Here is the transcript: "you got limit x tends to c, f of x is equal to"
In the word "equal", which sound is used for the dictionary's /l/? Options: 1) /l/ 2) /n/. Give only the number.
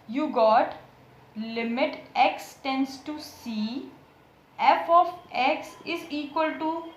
1